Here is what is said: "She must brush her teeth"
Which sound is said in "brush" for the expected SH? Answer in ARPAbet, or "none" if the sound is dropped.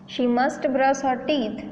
S